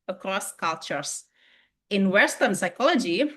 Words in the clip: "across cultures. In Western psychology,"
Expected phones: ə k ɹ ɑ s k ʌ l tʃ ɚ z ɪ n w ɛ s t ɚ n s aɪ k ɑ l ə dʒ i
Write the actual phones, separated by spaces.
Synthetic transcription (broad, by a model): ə k ɹ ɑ s k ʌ l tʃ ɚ s ɪ n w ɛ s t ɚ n s aɪ k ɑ l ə dʒ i